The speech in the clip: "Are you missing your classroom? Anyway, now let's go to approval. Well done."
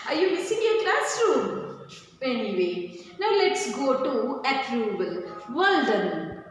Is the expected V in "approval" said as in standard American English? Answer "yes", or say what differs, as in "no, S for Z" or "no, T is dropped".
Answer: no, B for V